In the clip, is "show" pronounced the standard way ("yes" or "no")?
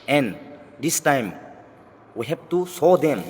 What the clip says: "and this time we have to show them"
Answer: no